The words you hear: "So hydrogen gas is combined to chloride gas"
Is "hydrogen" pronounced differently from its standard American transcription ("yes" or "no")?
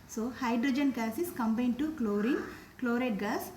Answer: no